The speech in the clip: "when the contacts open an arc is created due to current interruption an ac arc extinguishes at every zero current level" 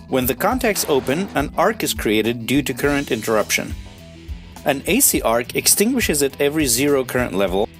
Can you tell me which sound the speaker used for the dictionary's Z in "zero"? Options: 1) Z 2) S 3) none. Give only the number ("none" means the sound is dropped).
1